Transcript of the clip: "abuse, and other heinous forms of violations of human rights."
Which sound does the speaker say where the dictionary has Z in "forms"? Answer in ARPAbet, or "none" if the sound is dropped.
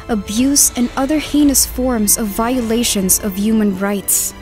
Z